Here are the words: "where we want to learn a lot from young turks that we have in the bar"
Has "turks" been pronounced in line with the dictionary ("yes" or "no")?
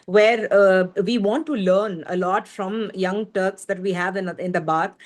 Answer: yes